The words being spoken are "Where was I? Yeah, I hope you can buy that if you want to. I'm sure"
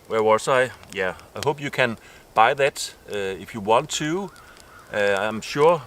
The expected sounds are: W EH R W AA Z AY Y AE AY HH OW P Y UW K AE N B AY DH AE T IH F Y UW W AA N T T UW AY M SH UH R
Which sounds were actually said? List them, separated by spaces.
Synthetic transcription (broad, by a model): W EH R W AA S AY Y AE AY HH OW P Y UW K AE N B AY DH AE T IH F Y UW W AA N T T UW AY M SH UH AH